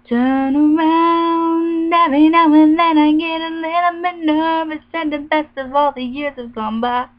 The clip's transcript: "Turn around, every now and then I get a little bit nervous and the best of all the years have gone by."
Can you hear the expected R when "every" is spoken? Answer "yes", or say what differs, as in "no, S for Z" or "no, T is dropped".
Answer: no, R is dropped